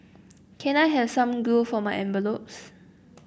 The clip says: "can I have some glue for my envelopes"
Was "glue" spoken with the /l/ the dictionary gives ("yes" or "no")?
no